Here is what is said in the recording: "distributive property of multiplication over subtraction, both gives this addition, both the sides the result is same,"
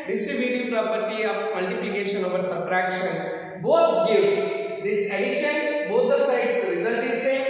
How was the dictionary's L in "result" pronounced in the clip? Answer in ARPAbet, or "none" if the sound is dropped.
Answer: N